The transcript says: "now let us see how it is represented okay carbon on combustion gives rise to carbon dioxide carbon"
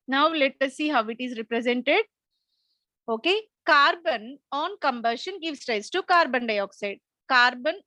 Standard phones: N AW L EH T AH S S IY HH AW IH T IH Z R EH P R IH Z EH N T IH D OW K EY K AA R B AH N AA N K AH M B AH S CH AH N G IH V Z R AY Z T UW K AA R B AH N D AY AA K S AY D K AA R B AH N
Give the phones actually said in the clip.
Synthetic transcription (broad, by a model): N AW L EH T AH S S IY HH AW IH T IH Z R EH P R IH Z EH N T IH D OW K EY K AA R B AH N AA N K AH M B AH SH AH N G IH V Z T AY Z T UW K AA R B AH N D AY AA K S AY D K AA R B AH N